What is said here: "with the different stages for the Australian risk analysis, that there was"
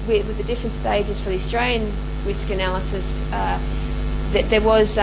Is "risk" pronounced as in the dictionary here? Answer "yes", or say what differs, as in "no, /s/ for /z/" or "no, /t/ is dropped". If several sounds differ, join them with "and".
yes